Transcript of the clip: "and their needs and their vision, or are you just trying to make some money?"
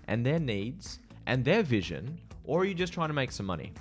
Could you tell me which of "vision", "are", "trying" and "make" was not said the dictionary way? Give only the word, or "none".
none